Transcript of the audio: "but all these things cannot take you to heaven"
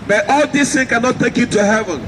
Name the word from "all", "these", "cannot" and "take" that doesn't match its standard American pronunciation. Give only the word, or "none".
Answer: these